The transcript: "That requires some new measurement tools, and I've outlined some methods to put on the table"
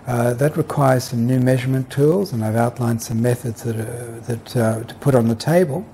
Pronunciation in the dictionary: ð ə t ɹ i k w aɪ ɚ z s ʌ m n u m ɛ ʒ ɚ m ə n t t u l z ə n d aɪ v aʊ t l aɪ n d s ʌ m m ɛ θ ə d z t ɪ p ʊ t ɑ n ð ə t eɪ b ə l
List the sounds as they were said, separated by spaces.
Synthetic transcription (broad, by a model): ð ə t ɹ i k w aɪ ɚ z s ʌ m n u m ɛ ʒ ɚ m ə n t t u l z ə n aɪ v aʊ t l aɪ n d s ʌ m m ɛ θ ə d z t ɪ p ʊ t n ð ə t eɪ b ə l